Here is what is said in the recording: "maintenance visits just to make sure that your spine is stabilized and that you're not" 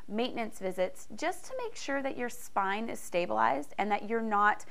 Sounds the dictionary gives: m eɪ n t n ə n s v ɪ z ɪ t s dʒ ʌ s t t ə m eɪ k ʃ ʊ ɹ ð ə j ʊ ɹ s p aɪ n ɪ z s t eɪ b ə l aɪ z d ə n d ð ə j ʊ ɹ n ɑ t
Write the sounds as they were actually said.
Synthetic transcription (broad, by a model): m eɪ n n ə n s v ɪ z ɪ t s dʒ ʌ s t t ə m eɪ k ʃ ʊ ɹ ð ə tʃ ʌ ɹ s p aɪ n ɪ z s t eɪ b ə l aɪ z d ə n ð ə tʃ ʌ ɹ n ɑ t